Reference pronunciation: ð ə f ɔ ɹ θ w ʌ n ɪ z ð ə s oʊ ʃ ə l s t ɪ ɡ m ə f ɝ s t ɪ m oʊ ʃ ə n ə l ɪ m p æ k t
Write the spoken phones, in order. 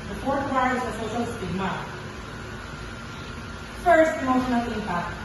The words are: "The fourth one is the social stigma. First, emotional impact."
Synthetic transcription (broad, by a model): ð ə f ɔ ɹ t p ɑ ɪ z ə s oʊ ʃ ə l s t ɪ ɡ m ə f ɝ s t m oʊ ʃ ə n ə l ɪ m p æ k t